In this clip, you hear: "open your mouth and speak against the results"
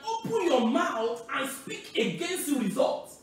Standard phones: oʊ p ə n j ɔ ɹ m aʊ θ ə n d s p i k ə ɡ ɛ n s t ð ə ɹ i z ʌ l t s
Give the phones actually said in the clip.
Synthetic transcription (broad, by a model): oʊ p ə n j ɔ m aʊ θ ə n s p i k ə ɡ ɛ n s t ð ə ɹ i z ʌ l t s